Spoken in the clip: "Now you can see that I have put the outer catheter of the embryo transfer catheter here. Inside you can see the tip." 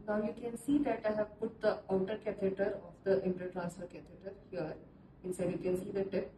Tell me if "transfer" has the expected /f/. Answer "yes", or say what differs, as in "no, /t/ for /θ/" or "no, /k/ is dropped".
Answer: no, /f/ is dropped